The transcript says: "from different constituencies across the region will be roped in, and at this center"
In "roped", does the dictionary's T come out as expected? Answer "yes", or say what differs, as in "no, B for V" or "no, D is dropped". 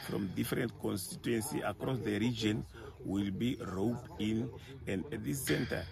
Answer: no, T is dropped